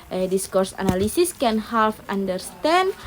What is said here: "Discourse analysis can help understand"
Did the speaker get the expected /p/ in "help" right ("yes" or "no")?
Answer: no